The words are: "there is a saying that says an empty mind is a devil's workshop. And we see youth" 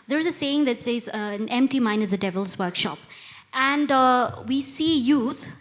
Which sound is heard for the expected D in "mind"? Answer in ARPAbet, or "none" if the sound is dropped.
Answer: none